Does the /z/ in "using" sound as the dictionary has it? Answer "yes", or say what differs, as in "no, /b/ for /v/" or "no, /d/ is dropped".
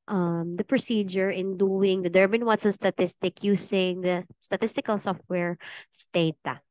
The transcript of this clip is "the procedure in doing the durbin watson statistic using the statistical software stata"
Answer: no, /s/ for /z/